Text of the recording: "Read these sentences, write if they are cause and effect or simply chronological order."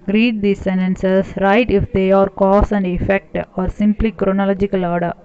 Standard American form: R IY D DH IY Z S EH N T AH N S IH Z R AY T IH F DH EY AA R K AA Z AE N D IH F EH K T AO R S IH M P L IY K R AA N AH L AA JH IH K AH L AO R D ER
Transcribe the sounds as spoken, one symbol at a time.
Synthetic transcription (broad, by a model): R IY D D IY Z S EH N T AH N S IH S R AY T IH F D EY AA R K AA S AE N D IH F EH K T AO R S IH M P L IY K R AA N AH L AA JH IH K AH L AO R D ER